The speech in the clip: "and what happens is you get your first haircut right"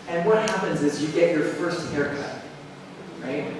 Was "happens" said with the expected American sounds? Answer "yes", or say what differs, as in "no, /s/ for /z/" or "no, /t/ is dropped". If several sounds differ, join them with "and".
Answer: yes